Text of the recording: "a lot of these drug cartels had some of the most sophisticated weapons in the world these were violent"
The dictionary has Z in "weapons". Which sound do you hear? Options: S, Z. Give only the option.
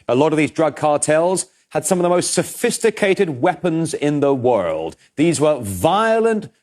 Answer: Z